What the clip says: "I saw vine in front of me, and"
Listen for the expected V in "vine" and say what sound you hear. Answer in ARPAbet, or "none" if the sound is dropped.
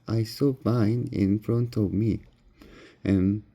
B